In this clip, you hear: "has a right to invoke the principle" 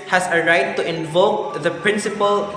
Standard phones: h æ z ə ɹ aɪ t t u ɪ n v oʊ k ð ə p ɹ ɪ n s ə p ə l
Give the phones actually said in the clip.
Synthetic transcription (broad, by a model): h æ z ə ɹ aɪ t t u ɪ n v oʊ k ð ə p ɹ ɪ n s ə p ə l